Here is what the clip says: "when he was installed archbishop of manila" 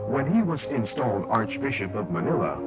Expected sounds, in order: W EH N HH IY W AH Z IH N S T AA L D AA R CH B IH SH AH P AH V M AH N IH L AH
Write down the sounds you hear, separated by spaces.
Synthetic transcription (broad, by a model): W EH N IY W AH Z IH N S T AA L D AA R CH B IH SH AH P AH V M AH N IH L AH